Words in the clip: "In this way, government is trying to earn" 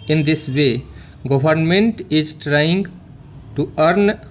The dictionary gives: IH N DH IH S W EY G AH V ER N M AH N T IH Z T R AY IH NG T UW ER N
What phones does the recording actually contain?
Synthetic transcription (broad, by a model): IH N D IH S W EY G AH B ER N M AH N T IH Z T R AY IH NG T UW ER N